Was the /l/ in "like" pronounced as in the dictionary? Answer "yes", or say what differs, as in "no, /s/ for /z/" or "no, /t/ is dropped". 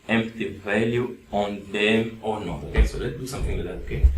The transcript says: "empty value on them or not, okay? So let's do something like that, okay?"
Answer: no, /w/ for /l/